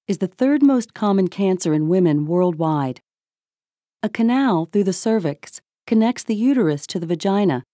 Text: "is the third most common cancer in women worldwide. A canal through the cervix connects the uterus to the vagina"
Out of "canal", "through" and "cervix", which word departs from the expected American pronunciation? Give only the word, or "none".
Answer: none